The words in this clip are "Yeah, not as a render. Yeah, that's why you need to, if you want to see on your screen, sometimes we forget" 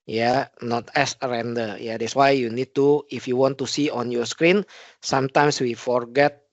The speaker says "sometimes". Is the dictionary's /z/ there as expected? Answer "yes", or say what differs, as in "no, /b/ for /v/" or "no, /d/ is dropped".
no, /s/ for /z/